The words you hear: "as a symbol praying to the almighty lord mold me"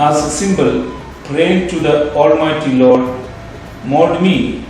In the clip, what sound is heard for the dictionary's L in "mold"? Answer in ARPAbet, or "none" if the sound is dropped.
none